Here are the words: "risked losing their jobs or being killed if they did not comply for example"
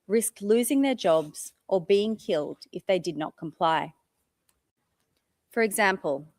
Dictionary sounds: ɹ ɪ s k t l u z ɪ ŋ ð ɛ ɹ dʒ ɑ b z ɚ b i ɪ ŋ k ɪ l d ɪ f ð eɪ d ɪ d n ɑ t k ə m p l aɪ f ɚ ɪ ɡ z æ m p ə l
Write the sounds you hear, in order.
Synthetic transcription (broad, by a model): ɹ ɪ s k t l u z ɪ ŋ ð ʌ ɹ dʒ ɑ b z ɚ b i ɪ ŋ k ɪ l d ɪ f ð eɪ d ɪ d n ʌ t k ə m p l aɪ f ɚ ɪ ɡ z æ m p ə l